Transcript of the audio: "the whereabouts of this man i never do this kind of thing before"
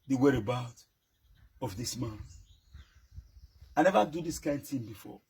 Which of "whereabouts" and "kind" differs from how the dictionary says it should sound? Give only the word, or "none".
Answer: whereabouts